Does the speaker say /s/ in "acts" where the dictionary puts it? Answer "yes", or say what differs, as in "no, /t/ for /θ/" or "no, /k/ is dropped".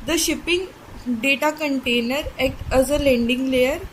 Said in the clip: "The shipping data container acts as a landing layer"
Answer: no, /s/ is dropped